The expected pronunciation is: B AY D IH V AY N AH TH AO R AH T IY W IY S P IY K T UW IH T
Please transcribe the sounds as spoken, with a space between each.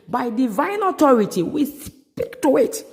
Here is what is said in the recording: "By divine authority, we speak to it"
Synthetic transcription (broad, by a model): B AY D IH V AY N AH T AO R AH T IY W IY S P IY K T UW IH T